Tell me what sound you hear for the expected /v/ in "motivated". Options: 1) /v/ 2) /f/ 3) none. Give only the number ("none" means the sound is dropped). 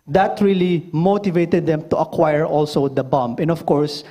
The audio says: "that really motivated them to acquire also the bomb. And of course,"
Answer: 1